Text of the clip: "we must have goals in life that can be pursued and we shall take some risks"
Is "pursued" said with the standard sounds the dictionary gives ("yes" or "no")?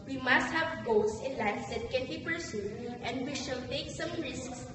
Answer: no